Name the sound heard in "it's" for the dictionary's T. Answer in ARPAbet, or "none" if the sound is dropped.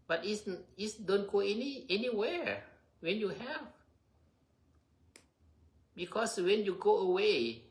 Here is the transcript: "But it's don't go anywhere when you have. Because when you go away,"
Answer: S